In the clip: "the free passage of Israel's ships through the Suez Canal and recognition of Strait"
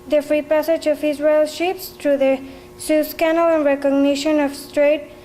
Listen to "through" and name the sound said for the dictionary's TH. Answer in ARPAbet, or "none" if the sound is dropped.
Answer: T